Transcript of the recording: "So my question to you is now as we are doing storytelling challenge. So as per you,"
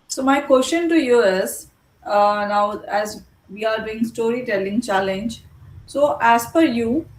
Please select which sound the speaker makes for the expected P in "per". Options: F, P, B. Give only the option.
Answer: F